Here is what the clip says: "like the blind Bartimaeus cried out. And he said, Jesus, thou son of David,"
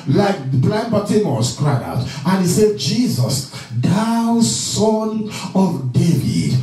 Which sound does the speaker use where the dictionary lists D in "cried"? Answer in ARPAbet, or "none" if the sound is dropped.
none